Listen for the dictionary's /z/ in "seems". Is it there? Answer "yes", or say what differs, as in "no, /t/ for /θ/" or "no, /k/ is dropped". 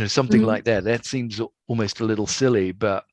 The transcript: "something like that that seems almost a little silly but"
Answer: yes